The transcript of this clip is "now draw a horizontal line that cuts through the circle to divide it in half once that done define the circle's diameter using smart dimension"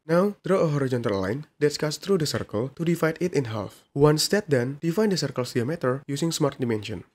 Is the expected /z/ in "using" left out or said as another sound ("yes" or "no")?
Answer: yes